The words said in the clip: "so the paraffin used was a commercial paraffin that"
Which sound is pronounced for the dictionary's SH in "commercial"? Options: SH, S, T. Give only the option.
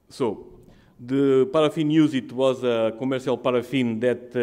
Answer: S